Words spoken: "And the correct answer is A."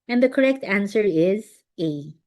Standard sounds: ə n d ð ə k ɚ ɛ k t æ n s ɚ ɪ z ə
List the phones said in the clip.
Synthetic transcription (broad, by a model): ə n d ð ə k ɚ ɛ k t æ n s ɚ ɪ z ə